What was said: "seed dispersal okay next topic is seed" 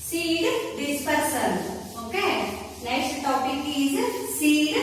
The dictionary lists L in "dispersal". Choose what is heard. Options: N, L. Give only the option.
N